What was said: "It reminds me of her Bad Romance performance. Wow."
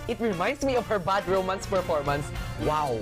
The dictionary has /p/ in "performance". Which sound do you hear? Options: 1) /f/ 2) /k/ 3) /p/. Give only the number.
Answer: 1